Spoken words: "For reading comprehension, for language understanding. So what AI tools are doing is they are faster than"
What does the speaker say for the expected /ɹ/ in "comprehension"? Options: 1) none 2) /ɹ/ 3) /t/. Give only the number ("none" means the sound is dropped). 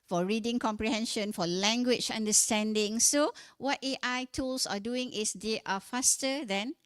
2